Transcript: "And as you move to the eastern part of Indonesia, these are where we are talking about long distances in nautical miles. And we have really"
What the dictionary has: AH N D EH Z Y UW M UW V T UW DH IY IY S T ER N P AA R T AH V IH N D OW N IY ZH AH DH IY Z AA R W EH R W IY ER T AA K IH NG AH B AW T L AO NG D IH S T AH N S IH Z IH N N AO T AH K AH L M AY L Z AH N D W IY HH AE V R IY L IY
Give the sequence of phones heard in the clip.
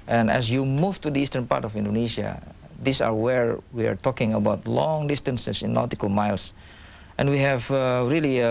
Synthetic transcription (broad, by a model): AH N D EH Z Y UW M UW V T UW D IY IY S T ER N P AA R T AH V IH N D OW N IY S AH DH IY S AA R W EH R W IY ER T AA K IH NG AH B AW T L AO NG D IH S T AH N S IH S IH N N AO T AH K AH L M AY L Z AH N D W IY HH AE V R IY L IY